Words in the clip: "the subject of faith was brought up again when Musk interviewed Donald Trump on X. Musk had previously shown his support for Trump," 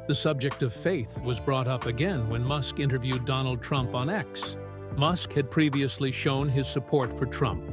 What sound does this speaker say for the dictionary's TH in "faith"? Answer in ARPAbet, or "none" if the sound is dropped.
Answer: TH